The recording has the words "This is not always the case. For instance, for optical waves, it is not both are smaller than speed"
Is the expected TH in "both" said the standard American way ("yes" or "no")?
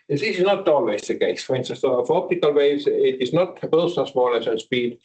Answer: no